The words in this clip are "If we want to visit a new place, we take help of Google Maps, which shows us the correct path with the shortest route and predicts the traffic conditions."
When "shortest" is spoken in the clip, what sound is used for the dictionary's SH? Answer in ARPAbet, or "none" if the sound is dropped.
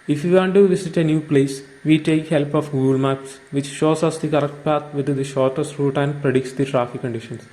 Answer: SH